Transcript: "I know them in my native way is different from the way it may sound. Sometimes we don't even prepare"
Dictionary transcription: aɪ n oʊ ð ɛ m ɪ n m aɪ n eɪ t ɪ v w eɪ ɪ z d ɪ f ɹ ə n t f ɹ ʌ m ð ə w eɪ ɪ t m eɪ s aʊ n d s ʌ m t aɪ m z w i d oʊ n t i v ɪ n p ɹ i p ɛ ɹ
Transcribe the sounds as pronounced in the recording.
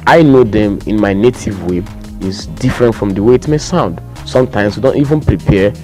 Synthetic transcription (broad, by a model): aɪ n oʊ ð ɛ m ɪ n m aɪ n eɪ t ɪ v w eɪ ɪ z d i f ɹ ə n t f ɹ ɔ m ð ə w eɪ ɪ t m eɪ s aʊ n d s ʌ m t aɪ m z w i d oʊ n t i v ɪ n p ɹ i p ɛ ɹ